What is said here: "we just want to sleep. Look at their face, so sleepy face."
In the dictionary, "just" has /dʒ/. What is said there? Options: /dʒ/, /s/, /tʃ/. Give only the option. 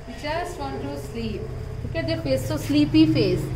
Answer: /tʃ/